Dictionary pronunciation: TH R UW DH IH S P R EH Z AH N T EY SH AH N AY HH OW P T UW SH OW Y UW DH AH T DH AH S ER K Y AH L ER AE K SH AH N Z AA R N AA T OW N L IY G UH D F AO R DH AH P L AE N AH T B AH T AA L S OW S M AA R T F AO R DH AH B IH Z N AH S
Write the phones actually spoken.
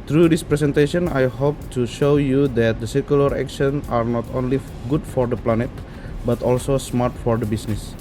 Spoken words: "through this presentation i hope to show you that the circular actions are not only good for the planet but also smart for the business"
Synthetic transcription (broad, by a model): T R UW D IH S P R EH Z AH N T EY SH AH N AY HH OW P T UW SH OW Y UW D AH T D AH S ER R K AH L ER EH K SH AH N AA R N AA T OW N L IY G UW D F AO R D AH P L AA N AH T B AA T AA L S OW S M AA R T F AO R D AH B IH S N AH S